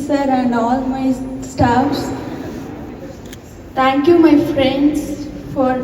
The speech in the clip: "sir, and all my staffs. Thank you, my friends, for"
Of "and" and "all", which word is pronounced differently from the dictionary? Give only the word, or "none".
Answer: none